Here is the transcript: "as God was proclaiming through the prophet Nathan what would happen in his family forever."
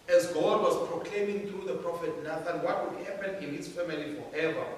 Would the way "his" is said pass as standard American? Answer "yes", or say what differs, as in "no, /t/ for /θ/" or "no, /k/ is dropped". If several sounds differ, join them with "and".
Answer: no, /s/ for /z/